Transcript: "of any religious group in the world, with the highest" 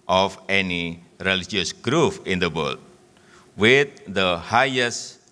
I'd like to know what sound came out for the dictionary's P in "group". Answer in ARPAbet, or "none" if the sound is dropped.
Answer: F